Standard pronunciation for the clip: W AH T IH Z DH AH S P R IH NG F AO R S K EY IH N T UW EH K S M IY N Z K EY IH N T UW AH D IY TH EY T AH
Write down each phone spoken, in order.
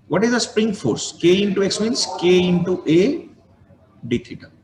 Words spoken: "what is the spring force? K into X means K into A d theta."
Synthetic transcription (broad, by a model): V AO T IH Z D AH S P R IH NG F AO R S K EY IH N T UW EH K S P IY N S K EY IH N T UW AH D IY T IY T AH